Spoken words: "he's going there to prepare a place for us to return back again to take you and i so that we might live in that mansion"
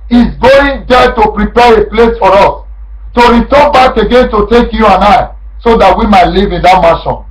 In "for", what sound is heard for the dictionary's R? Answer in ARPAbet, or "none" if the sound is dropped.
R